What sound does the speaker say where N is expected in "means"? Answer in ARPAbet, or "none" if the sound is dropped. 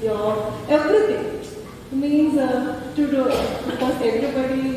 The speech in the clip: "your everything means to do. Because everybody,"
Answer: N